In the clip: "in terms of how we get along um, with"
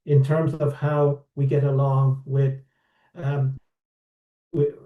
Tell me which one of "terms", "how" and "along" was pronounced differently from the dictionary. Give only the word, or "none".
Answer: none